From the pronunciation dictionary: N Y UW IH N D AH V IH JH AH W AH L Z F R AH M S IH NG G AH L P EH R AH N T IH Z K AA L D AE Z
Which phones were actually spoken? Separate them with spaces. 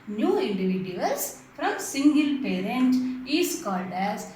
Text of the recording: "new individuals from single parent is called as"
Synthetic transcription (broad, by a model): N Y UW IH N D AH V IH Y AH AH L S F R AH M S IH NG G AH L P EH R AH N T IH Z K AA L D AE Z